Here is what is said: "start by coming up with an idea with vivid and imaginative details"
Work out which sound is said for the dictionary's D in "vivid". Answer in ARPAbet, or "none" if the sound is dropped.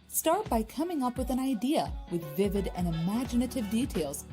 D